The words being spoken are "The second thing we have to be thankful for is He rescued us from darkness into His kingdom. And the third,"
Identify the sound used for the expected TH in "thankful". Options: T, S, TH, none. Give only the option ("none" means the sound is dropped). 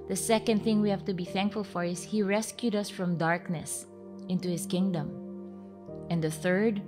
TH